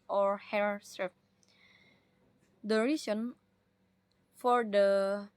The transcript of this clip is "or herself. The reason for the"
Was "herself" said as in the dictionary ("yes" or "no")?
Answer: no